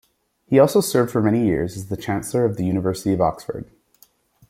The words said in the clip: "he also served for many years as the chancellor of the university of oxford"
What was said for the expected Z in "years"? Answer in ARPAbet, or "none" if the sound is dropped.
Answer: Z